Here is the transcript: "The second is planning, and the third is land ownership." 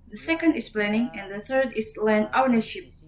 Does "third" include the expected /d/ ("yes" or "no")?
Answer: yes